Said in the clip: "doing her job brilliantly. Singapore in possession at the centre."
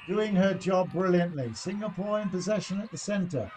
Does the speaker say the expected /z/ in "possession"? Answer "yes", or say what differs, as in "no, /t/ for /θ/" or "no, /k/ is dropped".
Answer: yes